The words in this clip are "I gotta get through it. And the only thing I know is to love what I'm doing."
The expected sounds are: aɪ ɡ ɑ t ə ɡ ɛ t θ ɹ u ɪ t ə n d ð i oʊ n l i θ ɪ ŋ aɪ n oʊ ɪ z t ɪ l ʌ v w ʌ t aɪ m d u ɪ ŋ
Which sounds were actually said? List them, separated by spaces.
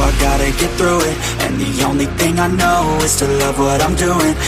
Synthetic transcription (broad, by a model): aɪ ɡ ɑ t ə ɡ ɛ t θ ɹ u ɪ t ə n ð i oʊ n l i θ ɪ ŋ aɪ n oʊ ɪ z t ɪ l ʌ v w ʌ t aɪ m d u ɪ ŋ